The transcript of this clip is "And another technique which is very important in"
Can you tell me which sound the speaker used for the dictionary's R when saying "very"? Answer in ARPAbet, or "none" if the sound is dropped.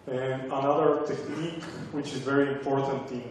R